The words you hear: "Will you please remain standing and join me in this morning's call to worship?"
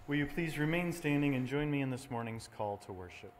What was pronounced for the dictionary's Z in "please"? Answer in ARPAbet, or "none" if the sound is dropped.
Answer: Z